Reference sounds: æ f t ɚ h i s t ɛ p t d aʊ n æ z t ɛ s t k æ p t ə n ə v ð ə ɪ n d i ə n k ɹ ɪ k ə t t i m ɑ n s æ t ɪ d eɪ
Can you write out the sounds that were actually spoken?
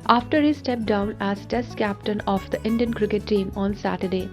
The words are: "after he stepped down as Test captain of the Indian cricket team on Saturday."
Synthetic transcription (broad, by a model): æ f t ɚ h i s t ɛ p d aʊ n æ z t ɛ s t k æ p t ə n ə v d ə ɪ n d i ə n k ɹ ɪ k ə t t i m ɑ n s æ t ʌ d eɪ